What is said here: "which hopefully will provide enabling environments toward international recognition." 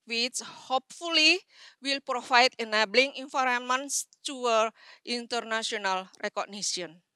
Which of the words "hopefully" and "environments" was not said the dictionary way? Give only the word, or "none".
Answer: environments